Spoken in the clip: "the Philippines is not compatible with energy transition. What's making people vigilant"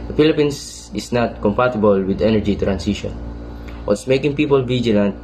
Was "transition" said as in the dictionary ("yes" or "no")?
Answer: no